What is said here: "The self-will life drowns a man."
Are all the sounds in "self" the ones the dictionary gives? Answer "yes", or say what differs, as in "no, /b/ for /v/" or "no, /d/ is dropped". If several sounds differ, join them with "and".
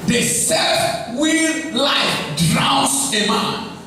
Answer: no, /l/ is dropped